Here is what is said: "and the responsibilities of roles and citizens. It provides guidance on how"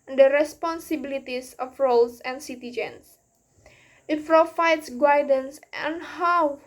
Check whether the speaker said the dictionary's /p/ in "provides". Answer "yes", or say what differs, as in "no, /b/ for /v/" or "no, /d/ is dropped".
no, /f/ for /p/